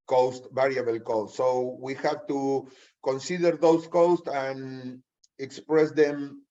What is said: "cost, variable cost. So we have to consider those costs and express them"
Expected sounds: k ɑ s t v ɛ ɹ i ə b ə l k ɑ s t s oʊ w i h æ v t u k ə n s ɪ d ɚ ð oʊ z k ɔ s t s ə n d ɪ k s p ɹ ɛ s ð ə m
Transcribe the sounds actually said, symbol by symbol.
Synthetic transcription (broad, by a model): k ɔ s t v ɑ ɹ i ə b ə l k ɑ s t s oʊ w i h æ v t u k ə n s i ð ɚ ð oʊ s k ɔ s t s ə n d ɪ k s p ɹ ɛ s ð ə m